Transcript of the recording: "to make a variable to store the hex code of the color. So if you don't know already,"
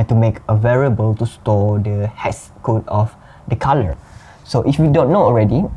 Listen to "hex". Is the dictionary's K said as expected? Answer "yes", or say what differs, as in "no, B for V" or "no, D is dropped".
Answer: no, K is dropped